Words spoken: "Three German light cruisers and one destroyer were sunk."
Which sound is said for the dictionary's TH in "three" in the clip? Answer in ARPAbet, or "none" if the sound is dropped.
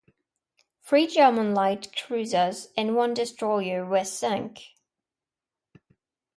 F